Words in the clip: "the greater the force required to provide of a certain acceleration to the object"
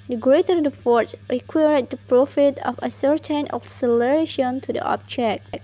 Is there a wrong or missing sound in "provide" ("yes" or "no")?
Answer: yes